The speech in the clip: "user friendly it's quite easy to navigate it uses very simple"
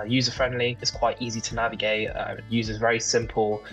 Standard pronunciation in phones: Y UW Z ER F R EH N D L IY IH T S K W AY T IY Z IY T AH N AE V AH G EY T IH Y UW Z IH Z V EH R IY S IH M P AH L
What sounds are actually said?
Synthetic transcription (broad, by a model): Y UW Z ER F R EH N D L IY IH T S K W AY T IY Z IY T AH N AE V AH G EY T IH Y UW Z IH Z V EH R IY S IH M P AH L